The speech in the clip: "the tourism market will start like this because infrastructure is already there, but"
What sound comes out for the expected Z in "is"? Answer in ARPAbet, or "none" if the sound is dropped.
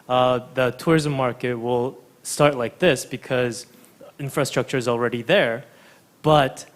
Z